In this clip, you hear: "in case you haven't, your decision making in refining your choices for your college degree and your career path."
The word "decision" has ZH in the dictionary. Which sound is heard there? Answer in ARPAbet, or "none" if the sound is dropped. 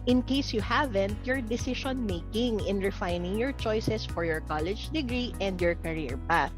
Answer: SH